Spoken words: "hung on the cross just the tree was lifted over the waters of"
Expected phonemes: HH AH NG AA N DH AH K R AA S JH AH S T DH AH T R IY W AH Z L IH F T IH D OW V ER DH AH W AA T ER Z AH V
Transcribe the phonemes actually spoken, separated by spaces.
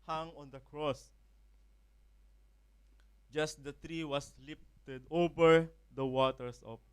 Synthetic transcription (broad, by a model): HH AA NG AA N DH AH K R AA S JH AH S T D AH T R IY W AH S L IH F T IH D OW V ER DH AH W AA T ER S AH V